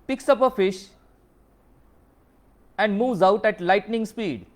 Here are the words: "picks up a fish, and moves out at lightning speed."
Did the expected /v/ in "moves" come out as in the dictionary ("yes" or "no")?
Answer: yes